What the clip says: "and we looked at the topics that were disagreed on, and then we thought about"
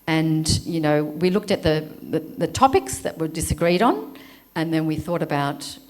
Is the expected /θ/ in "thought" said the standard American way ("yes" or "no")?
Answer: yes